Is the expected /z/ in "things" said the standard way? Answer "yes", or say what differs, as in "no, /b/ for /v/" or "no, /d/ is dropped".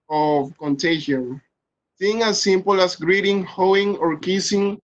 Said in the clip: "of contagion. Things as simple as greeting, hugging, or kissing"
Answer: no, /z/ is dropped